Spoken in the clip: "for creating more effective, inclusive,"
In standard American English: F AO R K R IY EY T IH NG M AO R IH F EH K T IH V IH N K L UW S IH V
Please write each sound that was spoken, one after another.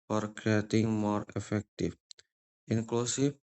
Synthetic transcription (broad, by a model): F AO R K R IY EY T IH NG M AO R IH F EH K T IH F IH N K L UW S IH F